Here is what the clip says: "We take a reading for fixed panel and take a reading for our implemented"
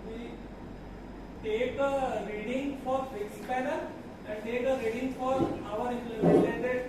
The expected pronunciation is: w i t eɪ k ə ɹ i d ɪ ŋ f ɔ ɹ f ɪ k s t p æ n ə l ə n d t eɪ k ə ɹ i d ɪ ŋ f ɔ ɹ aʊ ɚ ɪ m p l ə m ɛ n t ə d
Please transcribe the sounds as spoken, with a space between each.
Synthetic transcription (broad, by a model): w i t eɪ k ə ɹ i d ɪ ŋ f ɔ ɹ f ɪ s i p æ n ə ə n d t eɪ k ə ɹ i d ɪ ŋ f ɔ ɹ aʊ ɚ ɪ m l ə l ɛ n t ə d